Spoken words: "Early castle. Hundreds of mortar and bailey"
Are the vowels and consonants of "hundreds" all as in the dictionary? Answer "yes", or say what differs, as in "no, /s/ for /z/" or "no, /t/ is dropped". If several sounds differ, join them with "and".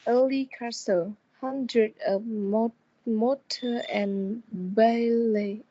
no, /z/ is dropped